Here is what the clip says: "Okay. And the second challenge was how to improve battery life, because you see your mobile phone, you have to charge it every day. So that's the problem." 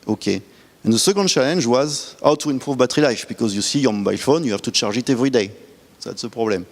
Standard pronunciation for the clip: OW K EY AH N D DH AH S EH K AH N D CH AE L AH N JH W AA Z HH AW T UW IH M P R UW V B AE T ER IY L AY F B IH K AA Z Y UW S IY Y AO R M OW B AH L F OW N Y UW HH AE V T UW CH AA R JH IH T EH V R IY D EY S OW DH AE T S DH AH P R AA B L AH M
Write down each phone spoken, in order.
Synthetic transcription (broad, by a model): OW K EY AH N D DH AH S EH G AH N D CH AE L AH N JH W AA Z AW T UW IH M P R UW V B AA T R IY L AY F B IH K AA Z Y UW S IY Y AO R M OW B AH L F OW N Y UW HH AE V T UW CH AA R ZH IH T EH V R IY D EY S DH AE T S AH P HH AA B L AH M